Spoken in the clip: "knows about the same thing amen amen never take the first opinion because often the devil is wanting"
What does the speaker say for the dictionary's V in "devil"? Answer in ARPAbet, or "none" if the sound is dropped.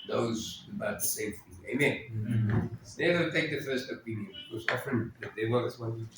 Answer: W